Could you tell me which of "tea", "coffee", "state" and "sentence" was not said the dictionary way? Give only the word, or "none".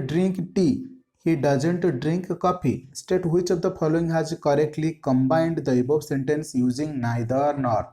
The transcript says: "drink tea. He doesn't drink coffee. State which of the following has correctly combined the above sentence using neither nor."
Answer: coffee